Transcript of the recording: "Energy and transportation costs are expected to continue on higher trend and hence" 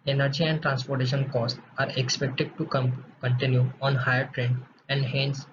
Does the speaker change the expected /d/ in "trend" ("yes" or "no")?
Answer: yes